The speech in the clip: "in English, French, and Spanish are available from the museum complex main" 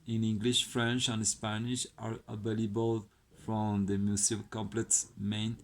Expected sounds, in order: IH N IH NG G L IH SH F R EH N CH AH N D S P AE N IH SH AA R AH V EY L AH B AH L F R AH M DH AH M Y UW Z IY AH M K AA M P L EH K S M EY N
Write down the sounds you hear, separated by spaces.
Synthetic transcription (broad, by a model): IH N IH NG G L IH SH F R EH N CH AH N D S P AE N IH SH AA R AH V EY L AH B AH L F R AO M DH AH M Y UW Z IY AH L K AA M P L EH K S M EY N